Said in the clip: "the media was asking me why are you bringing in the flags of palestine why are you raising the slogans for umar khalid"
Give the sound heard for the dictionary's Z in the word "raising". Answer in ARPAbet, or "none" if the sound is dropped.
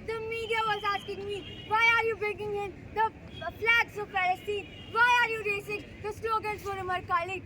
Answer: S